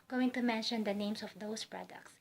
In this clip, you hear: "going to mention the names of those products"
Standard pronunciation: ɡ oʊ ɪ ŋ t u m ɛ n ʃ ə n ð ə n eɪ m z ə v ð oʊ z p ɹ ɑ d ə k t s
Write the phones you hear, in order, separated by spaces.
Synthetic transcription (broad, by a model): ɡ oʊ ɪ ŋ t u m ɛ n ʃ ə n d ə n eɪ m s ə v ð oʊ s p ɹ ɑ d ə k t s